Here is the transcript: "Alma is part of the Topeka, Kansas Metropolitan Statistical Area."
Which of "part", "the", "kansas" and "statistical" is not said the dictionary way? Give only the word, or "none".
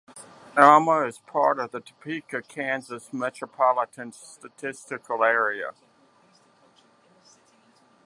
none